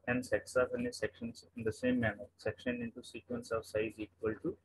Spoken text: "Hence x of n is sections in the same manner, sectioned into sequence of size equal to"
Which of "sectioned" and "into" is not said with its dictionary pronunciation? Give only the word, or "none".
sectioned